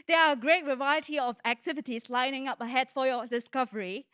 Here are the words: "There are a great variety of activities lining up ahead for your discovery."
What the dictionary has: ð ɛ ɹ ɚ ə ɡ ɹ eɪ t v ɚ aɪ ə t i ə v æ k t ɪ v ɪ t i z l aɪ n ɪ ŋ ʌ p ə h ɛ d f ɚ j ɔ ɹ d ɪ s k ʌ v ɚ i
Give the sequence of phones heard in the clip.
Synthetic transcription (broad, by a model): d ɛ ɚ ə ɡ ɹ eɪ t v ɚ aɪ ə t i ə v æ k t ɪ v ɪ t i s l aɪ n ɪ ŋ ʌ p ə h ɛ d f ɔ j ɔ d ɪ s k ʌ v ɚ i